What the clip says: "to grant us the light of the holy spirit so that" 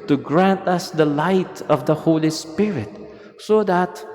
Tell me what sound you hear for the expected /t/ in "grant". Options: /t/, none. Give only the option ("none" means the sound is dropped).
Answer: /t/